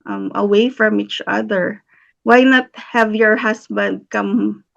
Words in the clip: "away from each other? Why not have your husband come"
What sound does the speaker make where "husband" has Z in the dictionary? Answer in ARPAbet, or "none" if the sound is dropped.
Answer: S